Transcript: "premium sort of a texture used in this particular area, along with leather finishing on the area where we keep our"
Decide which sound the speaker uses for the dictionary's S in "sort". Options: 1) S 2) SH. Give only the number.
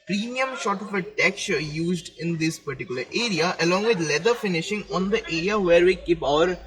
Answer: 2